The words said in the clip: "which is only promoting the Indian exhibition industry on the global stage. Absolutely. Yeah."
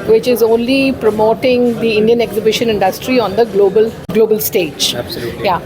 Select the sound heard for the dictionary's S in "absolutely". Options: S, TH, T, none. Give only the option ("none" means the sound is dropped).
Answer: none